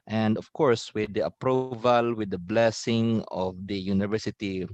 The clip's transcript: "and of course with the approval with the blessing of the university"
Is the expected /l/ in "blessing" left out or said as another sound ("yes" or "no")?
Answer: no